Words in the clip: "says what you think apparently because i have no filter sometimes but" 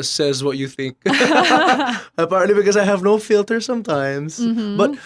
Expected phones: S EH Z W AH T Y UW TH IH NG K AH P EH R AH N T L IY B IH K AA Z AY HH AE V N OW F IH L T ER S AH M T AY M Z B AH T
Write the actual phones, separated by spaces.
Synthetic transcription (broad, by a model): S EH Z W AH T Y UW TH IH NG K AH P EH R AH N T L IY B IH K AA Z AY HH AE V N OW F IH L T ER S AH M T AY M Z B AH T